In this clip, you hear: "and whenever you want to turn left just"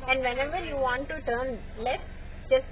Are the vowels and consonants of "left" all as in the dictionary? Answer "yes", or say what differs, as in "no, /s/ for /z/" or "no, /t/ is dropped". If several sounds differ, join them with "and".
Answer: no, /f/ is dropped